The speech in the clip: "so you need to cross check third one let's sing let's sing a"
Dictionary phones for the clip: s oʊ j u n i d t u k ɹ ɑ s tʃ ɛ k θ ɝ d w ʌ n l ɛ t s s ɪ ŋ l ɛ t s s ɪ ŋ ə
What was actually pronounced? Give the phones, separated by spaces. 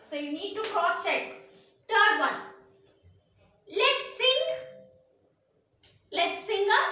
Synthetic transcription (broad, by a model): s oʊ j u n i d t u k ɑ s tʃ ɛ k t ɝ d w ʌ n l ɛ t s s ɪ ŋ l ɛ t s s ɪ ŋ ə